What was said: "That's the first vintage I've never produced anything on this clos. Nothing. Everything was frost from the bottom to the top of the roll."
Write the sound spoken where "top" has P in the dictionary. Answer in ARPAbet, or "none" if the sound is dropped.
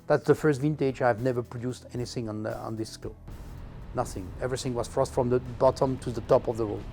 P